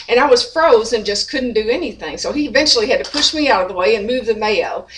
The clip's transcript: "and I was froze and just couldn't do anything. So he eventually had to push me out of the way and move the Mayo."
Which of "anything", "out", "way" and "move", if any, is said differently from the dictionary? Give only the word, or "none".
none